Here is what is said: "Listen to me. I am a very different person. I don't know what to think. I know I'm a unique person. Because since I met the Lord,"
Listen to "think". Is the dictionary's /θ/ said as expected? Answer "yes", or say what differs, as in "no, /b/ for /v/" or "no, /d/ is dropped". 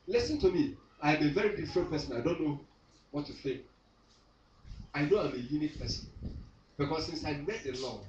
no, /s/ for /θ/